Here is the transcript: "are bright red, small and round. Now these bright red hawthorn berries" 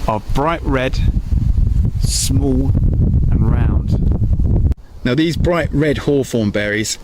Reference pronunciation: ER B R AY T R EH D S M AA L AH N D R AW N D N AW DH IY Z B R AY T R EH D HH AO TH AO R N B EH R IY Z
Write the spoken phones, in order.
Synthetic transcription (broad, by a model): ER B R AY T R EH D S M AA L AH N R AW N D N AW DH IY Z B R AY T R EH D HH AO F AO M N B EH R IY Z